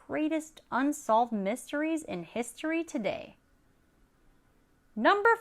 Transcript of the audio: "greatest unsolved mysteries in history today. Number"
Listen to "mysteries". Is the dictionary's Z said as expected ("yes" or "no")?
yes